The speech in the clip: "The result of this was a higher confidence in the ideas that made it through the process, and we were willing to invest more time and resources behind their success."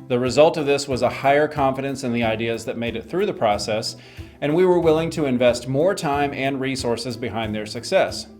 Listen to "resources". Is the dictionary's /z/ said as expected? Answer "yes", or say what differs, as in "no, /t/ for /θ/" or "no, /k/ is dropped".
yes